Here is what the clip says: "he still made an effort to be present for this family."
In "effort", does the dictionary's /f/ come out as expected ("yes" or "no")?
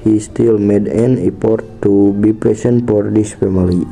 no